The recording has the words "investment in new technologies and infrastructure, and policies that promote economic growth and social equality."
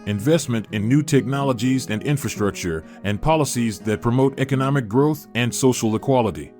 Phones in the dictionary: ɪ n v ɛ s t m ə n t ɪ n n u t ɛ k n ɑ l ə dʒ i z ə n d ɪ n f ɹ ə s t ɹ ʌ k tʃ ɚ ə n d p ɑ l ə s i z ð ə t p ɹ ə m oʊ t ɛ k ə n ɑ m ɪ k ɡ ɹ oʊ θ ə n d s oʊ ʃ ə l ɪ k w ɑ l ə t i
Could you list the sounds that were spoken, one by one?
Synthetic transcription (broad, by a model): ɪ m v ɛ s t m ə n t ɪ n n u t ɛ k n ɑ l ə dʒ i z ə n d ɪ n f ɹ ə s t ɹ ʌ k tʃ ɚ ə n p ɑ l ə s i z ð ə t p ɹ ə m oʊ t ɛ k ə n ɑ m ɪ k ɡ ɹ oʊ θ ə n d s oʊ ʃ l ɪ k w ɑ l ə t i